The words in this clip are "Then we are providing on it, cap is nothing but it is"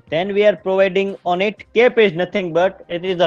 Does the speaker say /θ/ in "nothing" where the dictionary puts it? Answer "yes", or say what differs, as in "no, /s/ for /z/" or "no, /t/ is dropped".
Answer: no, /t/ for /θ/